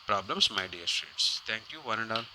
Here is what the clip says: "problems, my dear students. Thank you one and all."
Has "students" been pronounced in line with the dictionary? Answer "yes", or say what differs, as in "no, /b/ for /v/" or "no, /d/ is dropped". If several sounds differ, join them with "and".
no, /n/ is dropped